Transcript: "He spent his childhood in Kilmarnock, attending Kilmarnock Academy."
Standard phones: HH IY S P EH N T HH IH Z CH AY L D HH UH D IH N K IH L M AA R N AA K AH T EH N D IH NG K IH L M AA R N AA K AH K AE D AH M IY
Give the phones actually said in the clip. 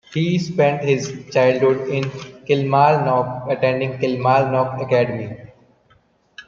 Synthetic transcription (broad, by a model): HH IY S P EH N T HH IH Z CH AY L D HH UH D IH N K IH L M AA L N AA K AH T EH N D IH NG K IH L M AA L N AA K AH K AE D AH M IY